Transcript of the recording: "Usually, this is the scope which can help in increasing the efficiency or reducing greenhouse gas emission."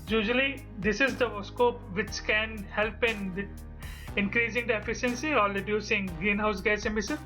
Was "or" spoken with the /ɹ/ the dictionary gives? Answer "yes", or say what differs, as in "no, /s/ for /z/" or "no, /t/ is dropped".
no, /l/ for /ɹ/